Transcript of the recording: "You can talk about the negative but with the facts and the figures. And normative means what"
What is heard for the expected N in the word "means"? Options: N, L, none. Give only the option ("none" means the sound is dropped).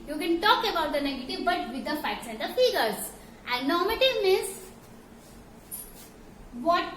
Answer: none